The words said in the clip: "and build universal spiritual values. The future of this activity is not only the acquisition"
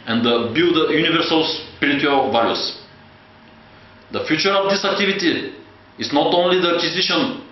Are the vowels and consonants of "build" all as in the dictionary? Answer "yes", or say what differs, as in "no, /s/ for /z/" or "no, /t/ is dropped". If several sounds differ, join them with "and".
no, /l/ is dropped